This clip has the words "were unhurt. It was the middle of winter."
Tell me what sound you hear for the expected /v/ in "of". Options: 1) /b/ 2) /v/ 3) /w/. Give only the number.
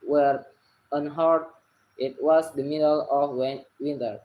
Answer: 3